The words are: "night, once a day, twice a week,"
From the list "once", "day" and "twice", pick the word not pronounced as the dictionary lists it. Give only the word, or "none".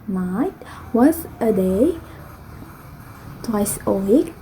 once